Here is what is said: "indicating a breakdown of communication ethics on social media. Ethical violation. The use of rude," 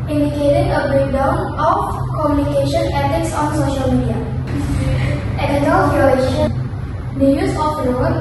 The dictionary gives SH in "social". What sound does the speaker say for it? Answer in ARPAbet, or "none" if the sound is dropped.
SH